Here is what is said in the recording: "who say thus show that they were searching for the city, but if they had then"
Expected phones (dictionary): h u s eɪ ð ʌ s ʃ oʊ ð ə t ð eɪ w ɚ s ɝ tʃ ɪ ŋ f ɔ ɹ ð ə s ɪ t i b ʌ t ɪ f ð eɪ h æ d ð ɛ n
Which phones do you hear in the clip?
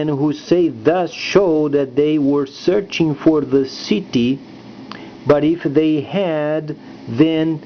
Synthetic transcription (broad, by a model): h u s eɪ ð ʌ s ʃ oʊ ð ə t ð eɪ w ɚ s ɝ tʃ ɪ ŋ f ɔ ɹ ð ə s ɪ t i b ʌ t ɪ f ð eɪ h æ d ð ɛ n